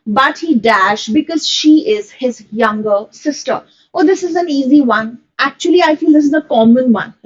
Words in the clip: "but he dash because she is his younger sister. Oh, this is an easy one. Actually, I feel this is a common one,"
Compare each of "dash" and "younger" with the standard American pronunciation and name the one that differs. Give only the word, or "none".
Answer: none